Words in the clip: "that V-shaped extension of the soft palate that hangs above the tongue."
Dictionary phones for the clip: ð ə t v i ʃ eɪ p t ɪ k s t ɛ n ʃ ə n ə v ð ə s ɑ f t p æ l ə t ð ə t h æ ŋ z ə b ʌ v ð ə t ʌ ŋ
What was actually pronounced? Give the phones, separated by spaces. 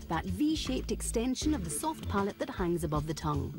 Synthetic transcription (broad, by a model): ð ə t v i ʃ eɪ p t ɪ k s t ɛ n ʃ ə n ə v ð ə s ɑ f t p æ l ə t ð ə t h æ ŋ z ə b ʌ v ð ə t ʌ ŋ